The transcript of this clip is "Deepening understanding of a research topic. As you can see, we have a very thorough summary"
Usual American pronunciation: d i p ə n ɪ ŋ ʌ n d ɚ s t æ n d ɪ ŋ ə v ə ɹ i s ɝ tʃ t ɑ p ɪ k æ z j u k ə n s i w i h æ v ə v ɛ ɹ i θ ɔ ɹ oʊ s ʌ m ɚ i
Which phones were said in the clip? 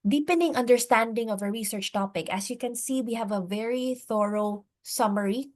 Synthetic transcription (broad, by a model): d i p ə n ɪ ŋ ʌ n d ɚ s t æ n d ɪ ŋ ə v ə ɹ i s ɝ tʃ t ɑ p ɪ k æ s j u k ə n s i w i h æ v ə v ɛ ɹ i θ ɔ ɹ oʊ s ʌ m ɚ i